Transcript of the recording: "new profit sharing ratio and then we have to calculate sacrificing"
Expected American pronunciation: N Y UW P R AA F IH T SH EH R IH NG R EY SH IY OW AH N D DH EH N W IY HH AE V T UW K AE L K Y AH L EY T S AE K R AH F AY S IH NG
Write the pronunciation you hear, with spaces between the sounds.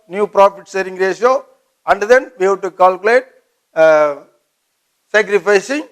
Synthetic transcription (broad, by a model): N Y UW P R AA F IH T S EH R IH NG R EY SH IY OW AH N D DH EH N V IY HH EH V T UW K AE L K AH L EY T S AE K R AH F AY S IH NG